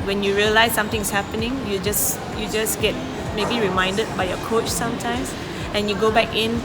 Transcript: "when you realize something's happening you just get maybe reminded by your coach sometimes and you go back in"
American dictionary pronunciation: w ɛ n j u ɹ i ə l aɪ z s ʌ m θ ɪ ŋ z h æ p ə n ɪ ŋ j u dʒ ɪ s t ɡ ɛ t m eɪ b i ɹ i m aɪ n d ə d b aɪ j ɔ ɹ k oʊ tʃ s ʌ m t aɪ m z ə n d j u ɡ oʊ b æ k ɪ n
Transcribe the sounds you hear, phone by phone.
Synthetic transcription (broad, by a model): w ɛ n j u ɹ i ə l aɪ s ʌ m t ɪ ŋ s h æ p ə n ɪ ŋ j u dʒ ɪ s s ɡ ɛ t m eɪ b i ɹ i m aɪ n d ə d b aɪ j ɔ k oʊ tʃ s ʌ m t aɪ m s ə n j u ɡ oʊ b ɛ k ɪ n